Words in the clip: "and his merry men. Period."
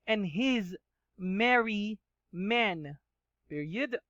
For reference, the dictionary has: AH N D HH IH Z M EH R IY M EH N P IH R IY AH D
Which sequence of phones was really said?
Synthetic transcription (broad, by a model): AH N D HH IH Z M EH R IY M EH N P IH R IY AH D